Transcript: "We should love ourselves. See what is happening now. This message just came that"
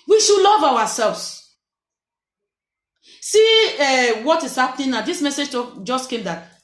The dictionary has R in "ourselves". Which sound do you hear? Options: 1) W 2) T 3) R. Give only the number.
1